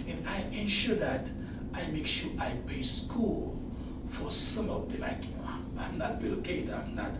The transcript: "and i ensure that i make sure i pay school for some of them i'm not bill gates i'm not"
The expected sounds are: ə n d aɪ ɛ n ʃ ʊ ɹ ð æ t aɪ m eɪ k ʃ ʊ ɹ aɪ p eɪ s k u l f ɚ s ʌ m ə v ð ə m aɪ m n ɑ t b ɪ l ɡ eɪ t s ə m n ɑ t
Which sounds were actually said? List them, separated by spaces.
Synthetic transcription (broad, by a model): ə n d aɪ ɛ n ʃ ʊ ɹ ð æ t aɪ m eɪ k ʃ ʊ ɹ aɪ p eɪ s k u l f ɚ s ʌ m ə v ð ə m aɪ m n ɑ t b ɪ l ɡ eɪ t ə m n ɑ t